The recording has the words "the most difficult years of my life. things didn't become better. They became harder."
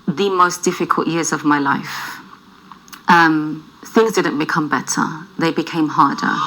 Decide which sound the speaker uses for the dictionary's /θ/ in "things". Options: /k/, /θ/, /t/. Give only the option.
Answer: /θ/